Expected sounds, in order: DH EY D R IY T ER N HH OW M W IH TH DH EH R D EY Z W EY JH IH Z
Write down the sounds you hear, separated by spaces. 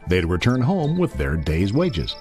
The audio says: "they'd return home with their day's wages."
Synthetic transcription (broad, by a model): DH EY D R IY T ER N HH OW M W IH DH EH R D EY Z W EY JH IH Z